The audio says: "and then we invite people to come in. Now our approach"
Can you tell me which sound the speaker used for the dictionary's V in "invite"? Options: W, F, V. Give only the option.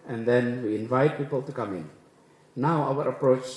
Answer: V